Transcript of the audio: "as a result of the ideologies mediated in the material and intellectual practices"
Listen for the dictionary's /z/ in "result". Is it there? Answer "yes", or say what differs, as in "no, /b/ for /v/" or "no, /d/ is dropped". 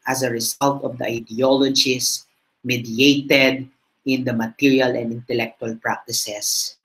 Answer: no, /s/ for /z/